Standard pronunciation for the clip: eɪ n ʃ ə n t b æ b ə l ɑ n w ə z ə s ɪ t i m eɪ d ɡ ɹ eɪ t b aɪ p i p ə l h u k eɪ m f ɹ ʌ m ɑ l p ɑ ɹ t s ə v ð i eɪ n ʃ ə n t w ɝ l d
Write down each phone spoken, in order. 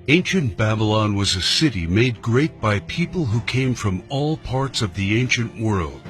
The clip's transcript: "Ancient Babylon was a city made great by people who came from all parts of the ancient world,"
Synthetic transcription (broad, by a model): eɪ n ʃ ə n b æ b ə l ɑ n w ə z ə s ɪ t i m eɪ d ɡ ɹ eɪ t b aɪ p i p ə l h u k eɪ m f ɹ ʌ m ɑ l p ɑ ɹ t s ə v ð i eɪ n ʃ ə n t w ɝ l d